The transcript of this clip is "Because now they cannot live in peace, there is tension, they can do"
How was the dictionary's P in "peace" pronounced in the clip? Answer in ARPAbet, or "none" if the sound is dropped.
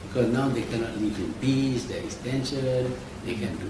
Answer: B